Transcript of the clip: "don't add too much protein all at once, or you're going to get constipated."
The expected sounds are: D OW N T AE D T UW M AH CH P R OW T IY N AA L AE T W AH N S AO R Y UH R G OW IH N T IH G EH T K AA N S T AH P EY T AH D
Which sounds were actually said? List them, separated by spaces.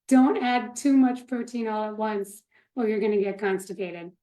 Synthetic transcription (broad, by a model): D OW N T AE D T UW M AH CH P R OW T IY N AA L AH T W AH N S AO L Y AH R G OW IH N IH G EH T K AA N S T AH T EY T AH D